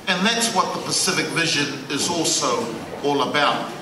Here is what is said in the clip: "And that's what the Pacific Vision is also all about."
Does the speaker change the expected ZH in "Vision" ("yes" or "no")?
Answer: no